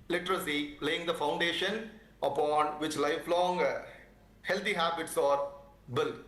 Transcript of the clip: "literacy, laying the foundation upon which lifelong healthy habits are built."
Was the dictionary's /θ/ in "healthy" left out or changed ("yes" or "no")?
yes